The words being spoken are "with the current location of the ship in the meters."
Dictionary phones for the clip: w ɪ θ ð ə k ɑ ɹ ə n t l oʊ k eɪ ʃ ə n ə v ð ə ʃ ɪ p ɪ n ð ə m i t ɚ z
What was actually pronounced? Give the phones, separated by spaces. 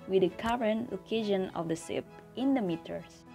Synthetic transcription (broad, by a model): w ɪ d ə k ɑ ɹ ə n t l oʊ k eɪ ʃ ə n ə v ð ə s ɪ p ɪ n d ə m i t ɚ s